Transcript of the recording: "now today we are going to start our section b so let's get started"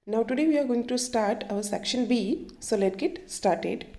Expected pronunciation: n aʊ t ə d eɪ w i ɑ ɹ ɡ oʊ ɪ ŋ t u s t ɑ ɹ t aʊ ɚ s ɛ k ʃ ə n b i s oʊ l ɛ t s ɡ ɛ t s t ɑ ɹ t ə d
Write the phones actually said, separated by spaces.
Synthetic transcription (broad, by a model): n aʊ t ə d eɪ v i ɑ ɹ ɡ oʊ ɪ ŋ t u s t ɑ ɹ t aʊ ɚ s ɛ k ʃ ə n b i s oʊ l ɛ t ɡ ɛ t s t ɑ ɹ t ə d